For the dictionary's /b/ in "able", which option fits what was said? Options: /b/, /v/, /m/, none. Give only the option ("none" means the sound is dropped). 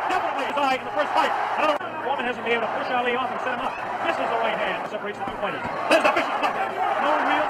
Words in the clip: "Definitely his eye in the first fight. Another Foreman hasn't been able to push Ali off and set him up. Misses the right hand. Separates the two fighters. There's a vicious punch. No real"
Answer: none